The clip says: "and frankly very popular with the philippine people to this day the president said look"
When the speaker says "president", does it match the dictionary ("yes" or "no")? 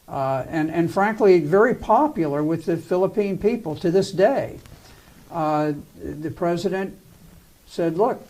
yes